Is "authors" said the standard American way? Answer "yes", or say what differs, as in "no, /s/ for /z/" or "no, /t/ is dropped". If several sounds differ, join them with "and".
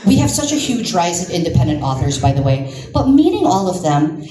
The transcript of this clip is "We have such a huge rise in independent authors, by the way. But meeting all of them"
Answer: yes